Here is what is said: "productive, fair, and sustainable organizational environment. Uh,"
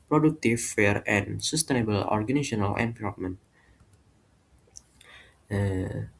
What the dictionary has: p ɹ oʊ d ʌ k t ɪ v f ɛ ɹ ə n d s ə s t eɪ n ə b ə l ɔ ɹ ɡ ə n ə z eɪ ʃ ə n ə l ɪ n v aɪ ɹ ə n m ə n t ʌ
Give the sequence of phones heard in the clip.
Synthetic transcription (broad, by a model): p ɹ oʊ d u k t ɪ f ɛ ɹ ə n s ə s t eɪ n ə b ə l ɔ ɹ ɡ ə n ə s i ə n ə l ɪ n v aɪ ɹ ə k m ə n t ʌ